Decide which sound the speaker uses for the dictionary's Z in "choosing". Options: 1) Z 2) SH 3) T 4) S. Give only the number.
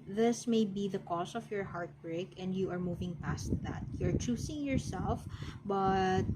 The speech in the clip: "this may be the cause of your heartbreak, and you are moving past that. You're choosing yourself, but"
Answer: 4